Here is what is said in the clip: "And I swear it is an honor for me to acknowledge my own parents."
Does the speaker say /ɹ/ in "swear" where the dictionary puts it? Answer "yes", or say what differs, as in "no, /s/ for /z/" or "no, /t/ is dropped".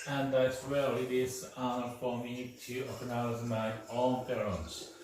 no, /l/ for /ɹ/